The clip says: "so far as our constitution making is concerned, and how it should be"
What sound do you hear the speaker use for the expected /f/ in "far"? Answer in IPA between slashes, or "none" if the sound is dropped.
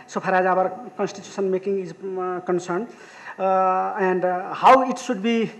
/p/